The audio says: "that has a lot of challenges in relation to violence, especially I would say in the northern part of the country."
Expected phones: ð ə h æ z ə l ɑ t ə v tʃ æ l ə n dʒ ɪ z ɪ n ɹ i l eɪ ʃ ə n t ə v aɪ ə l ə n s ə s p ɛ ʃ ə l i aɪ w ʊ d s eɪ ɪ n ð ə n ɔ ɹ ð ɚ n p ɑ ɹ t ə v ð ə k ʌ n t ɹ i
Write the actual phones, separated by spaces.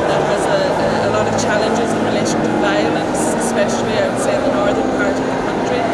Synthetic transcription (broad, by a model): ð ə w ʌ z ə l ɑ t ə v tʃ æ l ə n dʒ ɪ z ɪ n ɹ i l eɪ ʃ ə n t ə v aɪ ə l ə n s ə s p ɛ ʃ ə l i aɪ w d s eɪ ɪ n ð ə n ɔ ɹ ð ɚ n p ɑ ɹ t ə v ð ə k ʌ n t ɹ i